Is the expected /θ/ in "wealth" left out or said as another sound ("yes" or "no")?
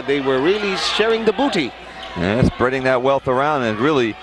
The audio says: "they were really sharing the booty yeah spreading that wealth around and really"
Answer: no